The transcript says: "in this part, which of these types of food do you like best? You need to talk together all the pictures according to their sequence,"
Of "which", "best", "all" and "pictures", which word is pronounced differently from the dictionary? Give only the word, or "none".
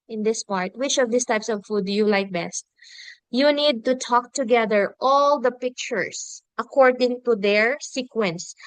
pictures